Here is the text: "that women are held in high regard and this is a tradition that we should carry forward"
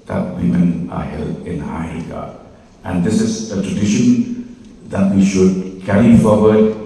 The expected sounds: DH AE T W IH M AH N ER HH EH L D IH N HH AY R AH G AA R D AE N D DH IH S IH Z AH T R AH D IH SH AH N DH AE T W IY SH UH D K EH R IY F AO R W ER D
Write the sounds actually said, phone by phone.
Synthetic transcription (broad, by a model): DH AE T W IH M AH N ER HH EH L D IH N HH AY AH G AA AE N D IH S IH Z AH T R AH D IH SH AH N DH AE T W IY SH UH D K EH R IY F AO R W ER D